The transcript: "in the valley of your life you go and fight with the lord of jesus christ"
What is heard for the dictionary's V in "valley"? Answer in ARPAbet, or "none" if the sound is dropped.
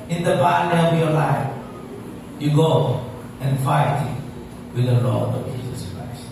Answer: P